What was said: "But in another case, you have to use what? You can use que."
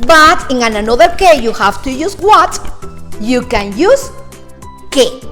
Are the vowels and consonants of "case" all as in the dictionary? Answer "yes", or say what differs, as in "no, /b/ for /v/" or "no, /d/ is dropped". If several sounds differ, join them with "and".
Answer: no, /s/ is dropped